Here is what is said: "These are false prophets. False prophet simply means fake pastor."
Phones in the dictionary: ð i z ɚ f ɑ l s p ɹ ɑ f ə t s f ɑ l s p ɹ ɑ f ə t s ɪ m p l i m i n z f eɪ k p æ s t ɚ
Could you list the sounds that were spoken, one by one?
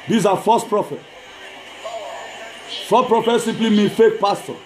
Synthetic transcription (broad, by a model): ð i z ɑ f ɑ s p ɹ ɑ f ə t f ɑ s p ɹ ɑ f ə t s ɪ m p l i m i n f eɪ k p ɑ s t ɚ